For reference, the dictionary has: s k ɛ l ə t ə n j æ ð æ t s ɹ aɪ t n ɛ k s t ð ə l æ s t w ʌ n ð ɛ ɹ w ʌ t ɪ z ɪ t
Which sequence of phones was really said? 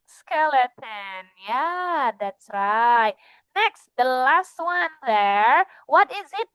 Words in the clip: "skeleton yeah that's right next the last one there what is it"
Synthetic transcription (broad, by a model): s k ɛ l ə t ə n j æ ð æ t s ɹ aɪ t n ɛ k s t ð ə l æ s t w ʌ n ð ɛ ɹ w ʌ t ɪ z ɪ t